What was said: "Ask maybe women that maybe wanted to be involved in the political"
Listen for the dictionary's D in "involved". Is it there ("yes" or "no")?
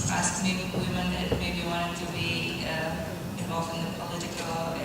no